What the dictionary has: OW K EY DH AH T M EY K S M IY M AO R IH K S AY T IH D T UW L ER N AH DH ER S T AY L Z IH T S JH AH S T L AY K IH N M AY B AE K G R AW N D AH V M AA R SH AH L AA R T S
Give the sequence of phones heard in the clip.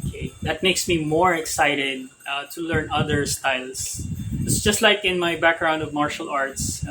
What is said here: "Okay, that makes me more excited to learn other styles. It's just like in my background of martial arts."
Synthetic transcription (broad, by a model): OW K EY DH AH T M EY K S M IY M AO R IH K S AY T IH D T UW L ER N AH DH ER S T AY L S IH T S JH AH S T L AY K IH N M AY B AE K G R AW N D AH V M AA R SH AH L AA R T S